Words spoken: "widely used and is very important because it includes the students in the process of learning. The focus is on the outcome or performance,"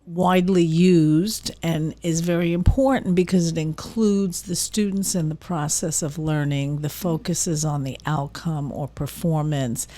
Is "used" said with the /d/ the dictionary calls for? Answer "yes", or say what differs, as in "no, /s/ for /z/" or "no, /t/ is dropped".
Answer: yes